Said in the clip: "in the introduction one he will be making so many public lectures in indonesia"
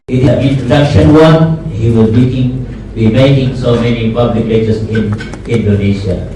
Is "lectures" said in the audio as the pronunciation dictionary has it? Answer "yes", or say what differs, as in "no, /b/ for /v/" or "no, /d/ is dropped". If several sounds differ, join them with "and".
no, /k/ is dropped